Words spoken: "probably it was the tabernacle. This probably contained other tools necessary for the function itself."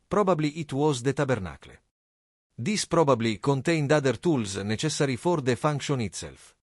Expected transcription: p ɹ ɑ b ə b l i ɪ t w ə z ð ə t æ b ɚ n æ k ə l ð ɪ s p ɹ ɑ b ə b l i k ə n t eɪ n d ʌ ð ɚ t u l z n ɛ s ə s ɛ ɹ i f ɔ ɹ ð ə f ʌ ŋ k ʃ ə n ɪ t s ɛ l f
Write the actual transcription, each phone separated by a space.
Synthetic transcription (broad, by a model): p ɹ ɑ b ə b l i ɪ t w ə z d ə t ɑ b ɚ n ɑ k l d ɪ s p ɹ ɑ b ə b l i k ə n t eɪ n d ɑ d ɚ t u l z n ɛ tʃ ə s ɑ ɹ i f ɔ ɹ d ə f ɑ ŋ k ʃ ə n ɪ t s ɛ l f